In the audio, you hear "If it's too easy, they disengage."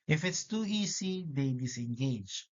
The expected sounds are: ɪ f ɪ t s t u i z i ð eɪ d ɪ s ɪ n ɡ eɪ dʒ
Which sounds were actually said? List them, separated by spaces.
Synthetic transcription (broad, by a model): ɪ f ɪ t s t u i s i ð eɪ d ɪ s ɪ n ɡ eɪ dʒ